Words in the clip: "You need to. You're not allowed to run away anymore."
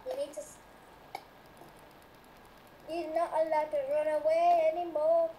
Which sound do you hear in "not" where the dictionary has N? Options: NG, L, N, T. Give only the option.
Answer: N